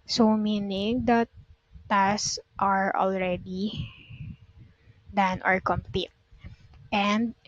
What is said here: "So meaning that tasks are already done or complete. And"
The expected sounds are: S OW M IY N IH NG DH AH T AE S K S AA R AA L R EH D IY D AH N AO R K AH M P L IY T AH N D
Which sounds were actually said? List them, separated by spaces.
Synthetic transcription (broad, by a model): S OW M IY N IH NG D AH T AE S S AA R AA L R EH D IY D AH N AO R K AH M P IY T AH N D